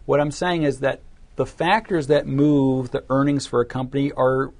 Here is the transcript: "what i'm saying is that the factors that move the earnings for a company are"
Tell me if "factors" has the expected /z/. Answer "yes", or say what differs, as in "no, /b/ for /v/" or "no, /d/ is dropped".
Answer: yes